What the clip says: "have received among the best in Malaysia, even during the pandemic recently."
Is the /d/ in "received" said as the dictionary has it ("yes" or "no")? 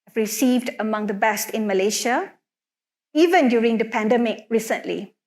yes